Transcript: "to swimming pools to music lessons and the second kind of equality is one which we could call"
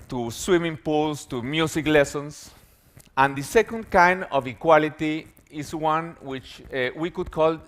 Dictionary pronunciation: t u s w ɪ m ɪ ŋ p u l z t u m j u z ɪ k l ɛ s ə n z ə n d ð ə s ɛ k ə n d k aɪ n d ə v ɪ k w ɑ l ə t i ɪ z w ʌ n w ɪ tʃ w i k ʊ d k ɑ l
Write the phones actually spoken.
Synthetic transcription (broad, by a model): t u s w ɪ m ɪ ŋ p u l s t u m j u s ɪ k l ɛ s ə n s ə n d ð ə s ɛ k ə n d k aɪ n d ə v ɪ k w ɑ l ə t i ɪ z w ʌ n w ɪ tʃ w i k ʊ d k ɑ l